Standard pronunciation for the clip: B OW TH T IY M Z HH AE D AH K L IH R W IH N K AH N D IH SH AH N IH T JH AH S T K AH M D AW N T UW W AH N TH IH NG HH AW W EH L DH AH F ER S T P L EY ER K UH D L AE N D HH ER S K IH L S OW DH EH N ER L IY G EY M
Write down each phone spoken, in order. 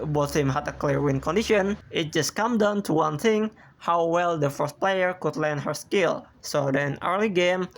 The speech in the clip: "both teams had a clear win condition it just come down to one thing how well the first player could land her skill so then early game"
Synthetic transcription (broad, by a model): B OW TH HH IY M HH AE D AH K L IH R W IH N K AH N D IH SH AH N IH T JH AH S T K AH M D AW N T UW W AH N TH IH NG HH AW W EH L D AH F ER S T P L EY ER K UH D L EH N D HH ER S K IH L S OW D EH N ER L IY G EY M